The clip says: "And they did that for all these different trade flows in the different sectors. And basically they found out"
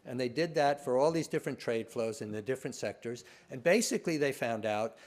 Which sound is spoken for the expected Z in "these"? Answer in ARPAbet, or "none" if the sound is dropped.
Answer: Z